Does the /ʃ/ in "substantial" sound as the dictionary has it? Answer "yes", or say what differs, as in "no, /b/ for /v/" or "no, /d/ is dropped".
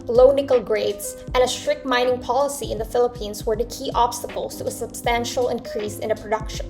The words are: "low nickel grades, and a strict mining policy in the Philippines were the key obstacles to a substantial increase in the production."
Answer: yes